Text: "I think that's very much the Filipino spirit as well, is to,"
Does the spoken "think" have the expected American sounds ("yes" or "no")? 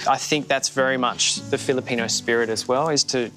yes